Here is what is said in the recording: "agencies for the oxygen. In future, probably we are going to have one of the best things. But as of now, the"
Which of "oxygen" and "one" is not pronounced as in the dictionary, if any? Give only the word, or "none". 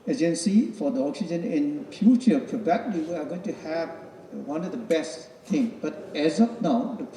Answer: none